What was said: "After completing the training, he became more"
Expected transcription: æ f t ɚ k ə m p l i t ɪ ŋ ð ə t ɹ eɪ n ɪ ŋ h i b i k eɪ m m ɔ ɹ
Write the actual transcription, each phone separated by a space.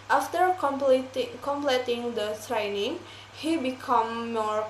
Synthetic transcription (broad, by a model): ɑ f t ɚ k ə m p l i t ɪ ŋ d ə s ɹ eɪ n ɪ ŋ h i b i k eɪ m m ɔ ɹ